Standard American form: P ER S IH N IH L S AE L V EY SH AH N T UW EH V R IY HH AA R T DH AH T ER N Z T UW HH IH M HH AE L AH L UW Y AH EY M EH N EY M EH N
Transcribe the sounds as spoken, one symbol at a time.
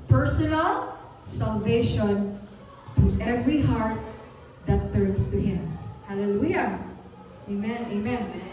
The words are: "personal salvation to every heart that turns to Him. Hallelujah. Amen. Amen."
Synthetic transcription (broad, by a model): P ER S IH N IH L S AE L V EY SH AH N T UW EH V R IY HH AA R T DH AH T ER N S T UW HH IH M HH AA L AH L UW Y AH EY M EH N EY M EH N